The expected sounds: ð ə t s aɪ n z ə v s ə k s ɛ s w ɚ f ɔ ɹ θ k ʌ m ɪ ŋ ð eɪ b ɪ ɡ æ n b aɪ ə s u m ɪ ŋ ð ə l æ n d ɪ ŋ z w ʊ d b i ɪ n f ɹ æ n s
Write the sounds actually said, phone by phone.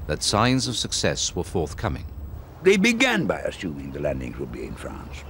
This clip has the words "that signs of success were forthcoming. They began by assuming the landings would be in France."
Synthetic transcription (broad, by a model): ð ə t s aɪ n z ə v s ə k s ɛ s w ɚ f ɔ ɹ θ k ʌ m ɪ ŋ ð eɪ b ɪ ɡ æ n b aɪ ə s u m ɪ ŋ ð ə l æ n d ɪ ŋ z w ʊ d b i ɪ n f ɹ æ n s